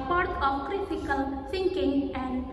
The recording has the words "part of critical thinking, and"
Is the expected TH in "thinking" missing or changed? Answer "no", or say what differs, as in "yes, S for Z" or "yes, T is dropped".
yes, S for TH